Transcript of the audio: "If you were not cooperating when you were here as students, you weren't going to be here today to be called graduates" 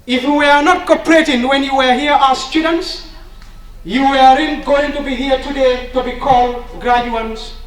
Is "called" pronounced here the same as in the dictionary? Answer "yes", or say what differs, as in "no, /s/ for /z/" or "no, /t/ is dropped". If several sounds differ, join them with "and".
yes